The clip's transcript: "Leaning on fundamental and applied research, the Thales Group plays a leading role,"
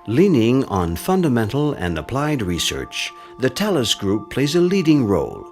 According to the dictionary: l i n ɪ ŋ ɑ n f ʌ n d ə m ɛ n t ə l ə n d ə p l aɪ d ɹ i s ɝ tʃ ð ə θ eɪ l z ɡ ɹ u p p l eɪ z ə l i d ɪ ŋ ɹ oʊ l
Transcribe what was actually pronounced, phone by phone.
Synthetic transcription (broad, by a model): l i n ɪ ŋ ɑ n f ʌ n d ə m ɛ n t l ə n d ə p l aɪ d ɹ i s ɝ tʃ ð ə t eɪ l s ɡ ɹ u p p l eɪ z ə l i d ɪ ŋ ɹ oʊ l